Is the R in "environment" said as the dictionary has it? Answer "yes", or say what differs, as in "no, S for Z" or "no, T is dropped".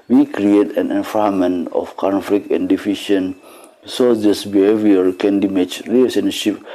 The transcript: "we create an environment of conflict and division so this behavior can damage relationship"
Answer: no, R is dropped